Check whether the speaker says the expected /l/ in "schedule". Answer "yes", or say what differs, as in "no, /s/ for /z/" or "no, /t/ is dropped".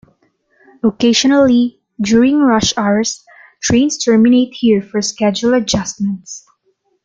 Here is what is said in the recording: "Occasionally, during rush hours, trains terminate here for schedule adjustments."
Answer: yes